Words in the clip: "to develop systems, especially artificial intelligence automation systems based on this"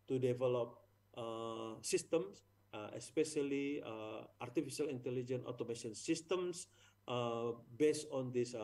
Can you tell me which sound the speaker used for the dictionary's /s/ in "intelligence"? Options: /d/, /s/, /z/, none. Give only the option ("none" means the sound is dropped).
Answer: none